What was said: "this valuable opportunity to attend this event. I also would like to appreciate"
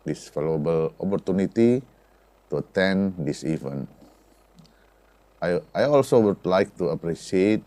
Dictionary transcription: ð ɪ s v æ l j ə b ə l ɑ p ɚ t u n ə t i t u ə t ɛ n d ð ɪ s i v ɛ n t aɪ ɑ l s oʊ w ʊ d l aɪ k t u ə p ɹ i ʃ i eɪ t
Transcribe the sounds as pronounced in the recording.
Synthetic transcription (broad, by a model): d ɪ s f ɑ l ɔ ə b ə l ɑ p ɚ t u n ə t i t u ə t ɛ n d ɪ s i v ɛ n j aɪ ɑ l s oʊ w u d l aɪ k t u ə p ɹ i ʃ i eɪ t